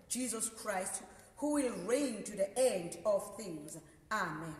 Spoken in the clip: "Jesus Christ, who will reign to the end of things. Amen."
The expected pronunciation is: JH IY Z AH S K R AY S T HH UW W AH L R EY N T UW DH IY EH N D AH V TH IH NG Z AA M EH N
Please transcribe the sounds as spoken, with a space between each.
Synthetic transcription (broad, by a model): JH IY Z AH S K R AY S T HH UW W AH L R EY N T UW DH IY EH N D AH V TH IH NG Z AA M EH N